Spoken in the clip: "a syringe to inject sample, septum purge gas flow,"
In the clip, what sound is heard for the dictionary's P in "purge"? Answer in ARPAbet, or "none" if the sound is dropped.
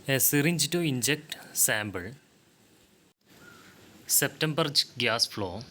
B